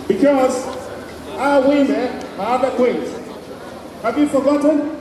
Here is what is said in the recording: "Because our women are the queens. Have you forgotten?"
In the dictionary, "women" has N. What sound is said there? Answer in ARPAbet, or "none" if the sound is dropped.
none